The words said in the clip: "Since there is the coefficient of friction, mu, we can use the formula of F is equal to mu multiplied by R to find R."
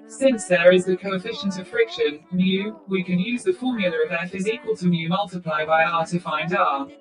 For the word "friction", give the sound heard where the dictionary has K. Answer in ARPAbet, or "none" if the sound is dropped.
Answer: K